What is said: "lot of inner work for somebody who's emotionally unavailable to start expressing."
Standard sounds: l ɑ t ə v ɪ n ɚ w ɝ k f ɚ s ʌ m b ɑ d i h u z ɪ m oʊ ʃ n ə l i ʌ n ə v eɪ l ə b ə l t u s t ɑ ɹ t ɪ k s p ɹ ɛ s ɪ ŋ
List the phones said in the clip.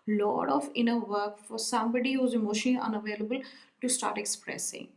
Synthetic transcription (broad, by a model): l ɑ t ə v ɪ n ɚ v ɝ k f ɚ s ʌ m b ɑ d i h u z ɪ m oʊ ʃ ə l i ʌ n ə v eɪ l ə b ə l t u s t ɑ ɹ t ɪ k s p ɹ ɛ s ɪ ŋ